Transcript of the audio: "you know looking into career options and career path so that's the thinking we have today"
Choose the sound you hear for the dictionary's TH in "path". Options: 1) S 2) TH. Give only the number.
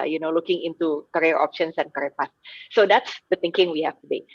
1